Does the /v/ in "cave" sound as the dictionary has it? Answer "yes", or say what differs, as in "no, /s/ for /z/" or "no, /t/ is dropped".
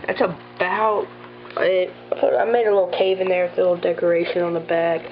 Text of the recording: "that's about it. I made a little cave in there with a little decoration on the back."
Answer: yes